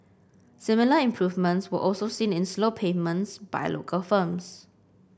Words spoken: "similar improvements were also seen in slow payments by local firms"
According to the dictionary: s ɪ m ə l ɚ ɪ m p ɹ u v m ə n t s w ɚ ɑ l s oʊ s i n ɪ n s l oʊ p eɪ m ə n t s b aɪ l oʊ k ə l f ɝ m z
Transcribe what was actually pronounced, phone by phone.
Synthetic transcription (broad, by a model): s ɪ m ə l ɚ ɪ m p ɹ u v m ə n t s w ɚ ɑ l s oʊ s i n ɪ n s l oʊ p eɪ m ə n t s b aɪ l oʊ k ə l f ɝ m s